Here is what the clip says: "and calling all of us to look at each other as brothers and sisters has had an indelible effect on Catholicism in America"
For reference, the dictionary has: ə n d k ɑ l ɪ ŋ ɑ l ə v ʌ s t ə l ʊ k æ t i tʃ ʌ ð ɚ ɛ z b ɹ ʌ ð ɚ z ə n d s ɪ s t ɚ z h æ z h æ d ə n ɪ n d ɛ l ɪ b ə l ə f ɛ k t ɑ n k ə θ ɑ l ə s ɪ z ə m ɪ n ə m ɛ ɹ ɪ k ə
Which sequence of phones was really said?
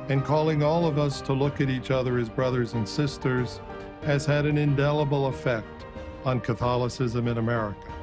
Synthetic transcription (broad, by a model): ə n k ɑ l ɪ ŋ ɑ l ə v ʌ s t ə l ʊ k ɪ t i tʃ ʌ ð ɚ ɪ z b ɹ ʌ ð ɚ z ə n s ɪ s t ɚ z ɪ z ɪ d ə n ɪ n d ɛ l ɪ b l ə f ɛ k t n k ə θ ɑ l ə s ɪ z ə m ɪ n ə m ɛ ɹ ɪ k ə